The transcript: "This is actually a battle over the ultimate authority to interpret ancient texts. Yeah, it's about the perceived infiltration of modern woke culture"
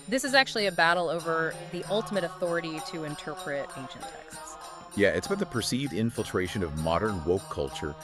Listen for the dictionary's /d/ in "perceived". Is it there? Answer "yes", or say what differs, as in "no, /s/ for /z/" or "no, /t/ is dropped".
yes